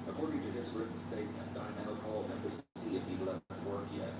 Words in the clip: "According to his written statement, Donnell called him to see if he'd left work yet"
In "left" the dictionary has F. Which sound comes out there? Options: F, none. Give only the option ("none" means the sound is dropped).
none